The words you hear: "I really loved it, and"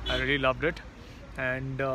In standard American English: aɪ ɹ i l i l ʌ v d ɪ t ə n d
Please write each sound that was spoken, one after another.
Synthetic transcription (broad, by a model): aɪ ɹ i l i l ʌ v d ɪ t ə n d